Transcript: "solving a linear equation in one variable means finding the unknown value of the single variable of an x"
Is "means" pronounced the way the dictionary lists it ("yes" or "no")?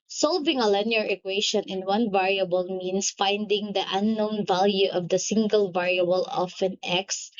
no